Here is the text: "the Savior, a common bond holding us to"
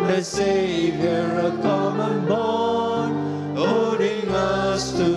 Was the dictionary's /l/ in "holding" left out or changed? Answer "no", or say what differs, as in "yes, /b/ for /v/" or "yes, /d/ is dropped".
yes, /l/ is dropped